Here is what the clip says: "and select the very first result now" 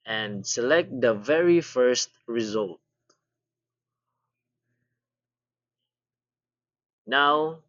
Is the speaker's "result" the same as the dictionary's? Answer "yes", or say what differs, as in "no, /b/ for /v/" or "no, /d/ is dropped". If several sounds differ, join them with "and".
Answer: yes